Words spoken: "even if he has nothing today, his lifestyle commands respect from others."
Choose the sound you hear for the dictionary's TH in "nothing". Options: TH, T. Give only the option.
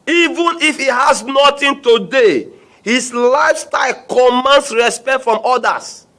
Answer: T